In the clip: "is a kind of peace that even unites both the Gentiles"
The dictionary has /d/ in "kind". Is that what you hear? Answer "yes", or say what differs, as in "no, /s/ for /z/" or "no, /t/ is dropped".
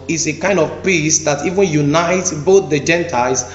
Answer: yes